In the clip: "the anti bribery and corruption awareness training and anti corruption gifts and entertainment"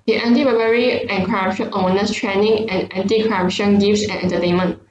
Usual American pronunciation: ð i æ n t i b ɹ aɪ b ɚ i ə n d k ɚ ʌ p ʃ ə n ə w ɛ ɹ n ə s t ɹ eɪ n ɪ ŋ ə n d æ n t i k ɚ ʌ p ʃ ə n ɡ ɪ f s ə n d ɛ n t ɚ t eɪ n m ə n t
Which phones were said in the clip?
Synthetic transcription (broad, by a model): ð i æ n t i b aɪ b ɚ i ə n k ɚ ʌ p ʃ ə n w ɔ n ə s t ɹ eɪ n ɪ ŋ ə n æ n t i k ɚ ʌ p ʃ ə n ɡ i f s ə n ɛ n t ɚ t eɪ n m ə n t